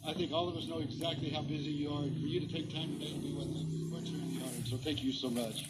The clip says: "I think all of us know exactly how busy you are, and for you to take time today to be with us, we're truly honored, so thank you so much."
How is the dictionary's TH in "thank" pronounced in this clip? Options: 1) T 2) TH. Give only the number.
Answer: 2